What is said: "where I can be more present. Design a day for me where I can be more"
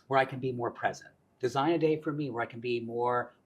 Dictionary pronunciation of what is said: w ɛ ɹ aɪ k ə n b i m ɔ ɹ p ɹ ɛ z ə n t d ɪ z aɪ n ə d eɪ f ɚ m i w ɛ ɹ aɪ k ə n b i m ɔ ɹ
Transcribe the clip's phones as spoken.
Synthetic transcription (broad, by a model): w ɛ ɹ aɪ k ə n b i m ɔ ɹ p ɹ ɛ z ə n t d ɪ z aɪ n ə d eɪ f ɚ m i w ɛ ɹ aɪ k n b i m ɔ ɹ